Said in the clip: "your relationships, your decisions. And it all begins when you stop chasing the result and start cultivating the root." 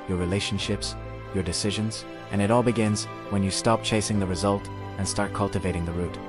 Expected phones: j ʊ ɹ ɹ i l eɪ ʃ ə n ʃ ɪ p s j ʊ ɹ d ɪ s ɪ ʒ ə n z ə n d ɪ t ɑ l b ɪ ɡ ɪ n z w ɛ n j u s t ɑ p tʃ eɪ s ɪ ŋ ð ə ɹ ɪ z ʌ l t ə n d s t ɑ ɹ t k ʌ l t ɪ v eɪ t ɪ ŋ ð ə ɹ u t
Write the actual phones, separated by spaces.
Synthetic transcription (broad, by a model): j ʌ ɹ ɹ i l eɪ ʃ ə n ʃ ɪ p s j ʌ ɹ d ɪ s ɪ ʒ ə n z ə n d ɪ t ɑ l b ɪ ɡ ɪ n z w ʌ n j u s t ɑ p tʃ eɪ s ɪ ŋ ð ə ɹ ɪ z ʌ l t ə n s t ɑ ɹ t k ʌ l t ɪ v eɪ t ɪ ŋ ð ə ɹ u t